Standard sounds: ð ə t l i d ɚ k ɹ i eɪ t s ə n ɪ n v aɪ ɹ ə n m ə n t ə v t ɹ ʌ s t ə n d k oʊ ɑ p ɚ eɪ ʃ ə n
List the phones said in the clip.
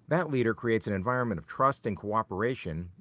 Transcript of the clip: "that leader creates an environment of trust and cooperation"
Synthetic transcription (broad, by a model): ð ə t l i d ɚ k ɹ i eɪ t s ə n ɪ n v aɪ ɹ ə n m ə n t ə v t ɹ ʌ s t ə n k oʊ ɑ p ɚ eɪ ʃ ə n